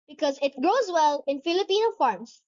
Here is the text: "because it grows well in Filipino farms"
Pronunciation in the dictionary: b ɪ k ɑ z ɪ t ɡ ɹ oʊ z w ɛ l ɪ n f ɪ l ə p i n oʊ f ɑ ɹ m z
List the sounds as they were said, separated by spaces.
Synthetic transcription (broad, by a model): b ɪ k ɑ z ɪ t ɡ ɹ oʊ z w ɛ l ɪ n f ɪ l ə p i n oʊ f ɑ ɹ m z